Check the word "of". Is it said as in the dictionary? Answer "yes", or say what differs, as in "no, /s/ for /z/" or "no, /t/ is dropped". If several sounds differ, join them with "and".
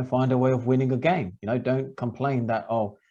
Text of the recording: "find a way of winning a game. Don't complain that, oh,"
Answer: yes